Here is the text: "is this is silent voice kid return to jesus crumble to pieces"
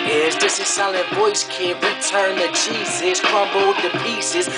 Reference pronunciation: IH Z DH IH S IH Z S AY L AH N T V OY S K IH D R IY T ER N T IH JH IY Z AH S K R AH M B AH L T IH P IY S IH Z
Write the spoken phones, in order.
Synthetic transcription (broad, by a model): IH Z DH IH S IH S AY L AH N V OY S K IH R IY T ER N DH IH CH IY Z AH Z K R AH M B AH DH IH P IY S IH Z